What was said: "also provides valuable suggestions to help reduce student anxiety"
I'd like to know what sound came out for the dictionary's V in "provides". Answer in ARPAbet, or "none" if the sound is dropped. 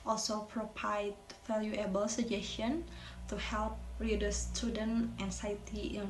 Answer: P